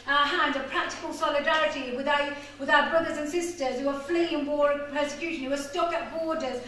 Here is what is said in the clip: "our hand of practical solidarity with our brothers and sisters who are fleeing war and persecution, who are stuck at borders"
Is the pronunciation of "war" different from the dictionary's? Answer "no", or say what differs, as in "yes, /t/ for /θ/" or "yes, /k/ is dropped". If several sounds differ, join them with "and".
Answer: no